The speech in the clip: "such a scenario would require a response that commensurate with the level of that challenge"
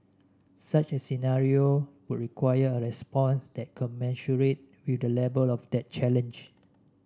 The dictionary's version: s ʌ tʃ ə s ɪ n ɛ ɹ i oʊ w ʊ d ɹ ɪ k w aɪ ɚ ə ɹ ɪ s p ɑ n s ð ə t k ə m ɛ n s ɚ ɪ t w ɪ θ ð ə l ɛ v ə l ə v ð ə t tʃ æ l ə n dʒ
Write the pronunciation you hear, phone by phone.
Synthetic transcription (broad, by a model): s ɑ tʃ ə s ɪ n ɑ ɹ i oʊ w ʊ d ɹ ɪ k w aɪ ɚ ə ɹ ɪ s p ɑ n s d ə t k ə m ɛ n ʃ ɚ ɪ t w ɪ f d ə l ɛ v ə l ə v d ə t tʃ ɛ l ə n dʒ